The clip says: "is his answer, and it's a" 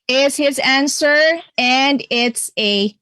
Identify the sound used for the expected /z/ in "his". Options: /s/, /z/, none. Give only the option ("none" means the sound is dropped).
/z/